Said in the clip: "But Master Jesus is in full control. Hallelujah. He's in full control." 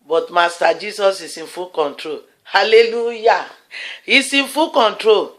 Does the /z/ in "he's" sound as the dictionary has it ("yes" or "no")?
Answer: no